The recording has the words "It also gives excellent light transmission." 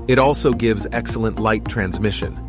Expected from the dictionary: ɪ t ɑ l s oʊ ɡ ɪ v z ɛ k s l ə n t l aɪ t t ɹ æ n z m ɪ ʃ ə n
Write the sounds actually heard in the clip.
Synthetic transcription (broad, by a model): ɪ t ɑ l s oʊ ɡ ɪ v z ɛ k s l ə n t l aɪ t t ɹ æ n z m ɪ ʃ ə n